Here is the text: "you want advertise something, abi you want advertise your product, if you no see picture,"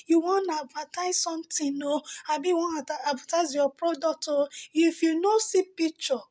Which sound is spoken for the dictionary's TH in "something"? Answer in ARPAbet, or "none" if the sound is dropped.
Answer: T